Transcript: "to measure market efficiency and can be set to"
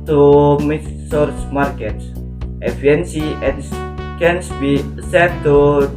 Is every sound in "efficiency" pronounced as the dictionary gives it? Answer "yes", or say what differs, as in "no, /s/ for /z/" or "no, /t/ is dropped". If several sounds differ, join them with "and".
no, /ʃ/ is dropped